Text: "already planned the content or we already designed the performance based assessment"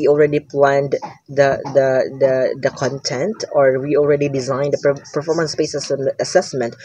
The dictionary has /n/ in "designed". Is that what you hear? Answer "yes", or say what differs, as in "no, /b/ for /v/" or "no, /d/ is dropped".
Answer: yes